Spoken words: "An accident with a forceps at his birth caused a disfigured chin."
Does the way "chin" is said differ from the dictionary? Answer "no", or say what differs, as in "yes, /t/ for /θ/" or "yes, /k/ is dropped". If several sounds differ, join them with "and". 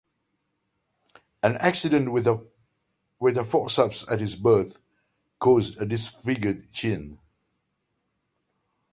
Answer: no